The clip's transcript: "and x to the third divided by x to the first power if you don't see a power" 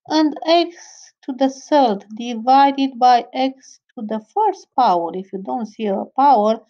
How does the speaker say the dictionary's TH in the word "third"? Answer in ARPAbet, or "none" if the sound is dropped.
S